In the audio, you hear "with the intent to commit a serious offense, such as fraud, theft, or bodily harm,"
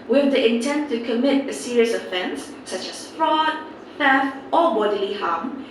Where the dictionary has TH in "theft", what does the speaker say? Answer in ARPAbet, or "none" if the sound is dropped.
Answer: F